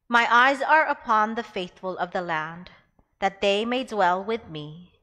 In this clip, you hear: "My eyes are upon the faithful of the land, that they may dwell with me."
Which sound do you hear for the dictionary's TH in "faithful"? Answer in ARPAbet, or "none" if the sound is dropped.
TH